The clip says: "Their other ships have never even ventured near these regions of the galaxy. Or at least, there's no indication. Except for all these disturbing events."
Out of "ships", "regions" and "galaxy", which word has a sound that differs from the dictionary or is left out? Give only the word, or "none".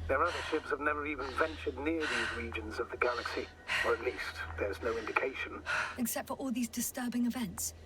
none